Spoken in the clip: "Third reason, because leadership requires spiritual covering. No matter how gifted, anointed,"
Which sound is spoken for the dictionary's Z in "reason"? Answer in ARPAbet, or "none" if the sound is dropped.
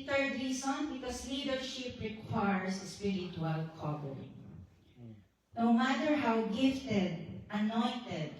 S